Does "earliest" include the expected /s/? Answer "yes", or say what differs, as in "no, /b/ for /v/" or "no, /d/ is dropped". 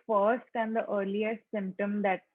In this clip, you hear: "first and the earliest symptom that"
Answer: no, /s/ is dropped